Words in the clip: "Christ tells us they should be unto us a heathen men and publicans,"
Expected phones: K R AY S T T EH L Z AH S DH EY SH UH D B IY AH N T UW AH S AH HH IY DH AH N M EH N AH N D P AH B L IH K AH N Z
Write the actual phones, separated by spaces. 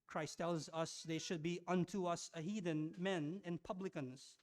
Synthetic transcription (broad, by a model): K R AY S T T EH L Z AH S DH EY SH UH D B IY AH N T UW AH S AH HH IY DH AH N M EH N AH N P AH B L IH K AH N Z